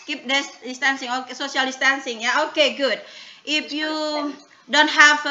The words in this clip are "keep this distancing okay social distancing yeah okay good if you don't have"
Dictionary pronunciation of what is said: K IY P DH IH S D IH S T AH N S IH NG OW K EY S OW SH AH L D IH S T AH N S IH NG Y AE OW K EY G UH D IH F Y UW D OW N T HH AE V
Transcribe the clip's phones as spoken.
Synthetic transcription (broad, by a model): K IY P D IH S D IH S T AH N S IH NG OW K EY S OW S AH L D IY S T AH N S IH NG Y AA OW K EY G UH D IH F Y UW D OW N T HH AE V